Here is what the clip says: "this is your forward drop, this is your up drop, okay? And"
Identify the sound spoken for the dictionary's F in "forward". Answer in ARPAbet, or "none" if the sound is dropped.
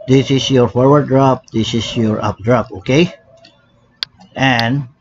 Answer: F